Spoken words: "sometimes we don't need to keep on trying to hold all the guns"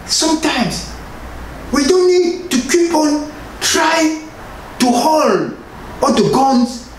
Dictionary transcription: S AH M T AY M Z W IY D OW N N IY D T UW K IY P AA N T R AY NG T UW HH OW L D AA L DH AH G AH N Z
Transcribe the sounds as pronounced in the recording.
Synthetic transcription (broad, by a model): S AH M T AY M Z W IY D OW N N IY D T UW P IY P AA L T R AY T UW HH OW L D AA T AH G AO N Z